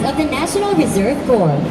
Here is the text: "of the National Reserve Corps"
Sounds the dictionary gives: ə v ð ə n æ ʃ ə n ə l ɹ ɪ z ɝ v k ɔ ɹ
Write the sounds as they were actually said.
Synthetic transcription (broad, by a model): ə v ð ə n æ ʃ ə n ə l ɹ ɪ z ɝ v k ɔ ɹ